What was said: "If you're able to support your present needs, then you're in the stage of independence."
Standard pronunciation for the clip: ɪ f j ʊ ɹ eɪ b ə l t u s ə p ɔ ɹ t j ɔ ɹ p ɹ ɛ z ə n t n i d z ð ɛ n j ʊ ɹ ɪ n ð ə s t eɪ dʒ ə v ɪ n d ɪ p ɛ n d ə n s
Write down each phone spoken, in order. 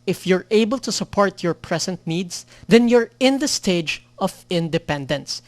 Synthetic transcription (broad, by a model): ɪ f j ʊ ɹ eɪ b ə l t u s ə p ɔ ɹ t j ɔ ɹ p ɹ ɛ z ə n t n i d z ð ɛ n j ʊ ɹ ɪ n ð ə s t eɪ dʒ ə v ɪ n d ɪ p ɛ n d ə n s